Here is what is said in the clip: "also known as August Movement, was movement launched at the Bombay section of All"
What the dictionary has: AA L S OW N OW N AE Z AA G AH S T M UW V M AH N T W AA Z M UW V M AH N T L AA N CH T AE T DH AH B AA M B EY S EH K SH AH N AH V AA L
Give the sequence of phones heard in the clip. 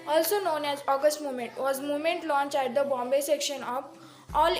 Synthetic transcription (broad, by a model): AA L S OW N OW N AE Z AA G AH S T M UW V M AH N T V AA Z M UW V M AH N T L AA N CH AE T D AH B AA M B EY S EH K SH AH N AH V AA L